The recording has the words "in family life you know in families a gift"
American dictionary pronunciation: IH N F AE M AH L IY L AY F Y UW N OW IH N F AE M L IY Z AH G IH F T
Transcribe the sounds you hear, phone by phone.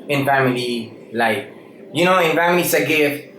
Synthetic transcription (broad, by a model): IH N F AE M AH L IY L AY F Y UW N OW IH N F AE M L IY S AH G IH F